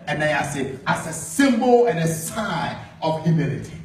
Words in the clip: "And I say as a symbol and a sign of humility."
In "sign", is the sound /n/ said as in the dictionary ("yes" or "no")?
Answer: no